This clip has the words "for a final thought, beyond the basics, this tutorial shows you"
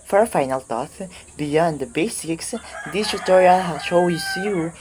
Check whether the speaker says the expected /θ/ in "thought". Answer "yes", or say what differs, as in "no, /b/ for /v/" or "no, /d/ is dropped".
no, /t/ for /θ/